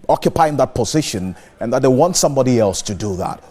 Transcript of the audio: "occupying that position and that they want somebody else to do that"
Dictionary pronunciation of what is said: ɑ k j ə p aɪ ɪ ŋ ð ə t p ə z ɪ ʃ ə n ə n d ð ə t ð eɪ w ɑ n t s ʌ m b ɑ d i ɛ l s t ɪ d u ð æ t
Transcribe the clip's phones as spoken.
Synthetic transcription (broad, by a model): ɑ k j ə p aɪ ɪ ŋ ð ə t p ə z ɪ ʃ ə n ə n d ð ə t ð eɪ w ɑ n t s ʌ m b ɑ d i ɛ l s t ɪ d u ð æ t